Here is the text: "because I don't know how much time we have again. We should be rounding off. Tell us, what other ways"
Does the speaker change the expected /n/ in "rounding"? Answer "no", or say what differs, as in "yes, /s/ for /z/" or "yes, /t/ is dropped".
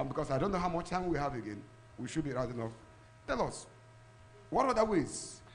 yes, /n/ is dropped